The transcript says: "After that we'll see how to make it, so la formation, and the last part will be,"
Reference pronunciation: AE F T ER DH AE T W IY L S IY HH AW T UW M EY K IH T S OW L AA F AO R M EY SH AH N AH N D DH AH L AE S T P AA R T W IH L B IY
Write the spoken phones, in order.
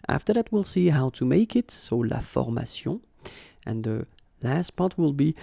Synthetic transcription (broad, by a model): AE F T ER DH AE T W IY L S IY HH AW T UW M EY K IH T S OW L AA F AO R M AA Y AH AH N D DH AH L AE S T P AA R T W IH L B IY